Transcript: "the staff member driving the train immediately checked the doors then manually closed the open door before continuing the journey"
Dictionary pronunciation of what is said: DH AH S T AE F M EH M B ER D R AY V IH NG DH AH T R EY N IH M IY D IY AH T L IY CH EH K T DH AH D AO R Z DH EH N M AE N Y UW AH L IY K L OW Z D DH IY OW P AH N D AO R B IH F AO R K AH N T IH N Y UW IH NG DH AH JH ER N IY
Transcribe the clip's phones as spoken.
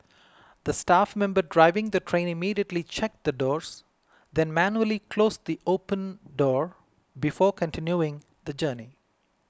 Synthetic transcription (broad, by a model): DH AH S T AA F M EH M B ER D R AY V IH NG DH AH T R EY N IH M IY D IY AH T L IY CH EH K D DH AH D AO R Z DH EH N M AE N Y UW AH L IY K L OW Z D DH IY OW P AH N D AO R B IH F AO R K AH N T IH N Y UW IH NG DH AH JH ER N IY